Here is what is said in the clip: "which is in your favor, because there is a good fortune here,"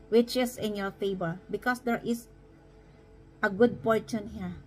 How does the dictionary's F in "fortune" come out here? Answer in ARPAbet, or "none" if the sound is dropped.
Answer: P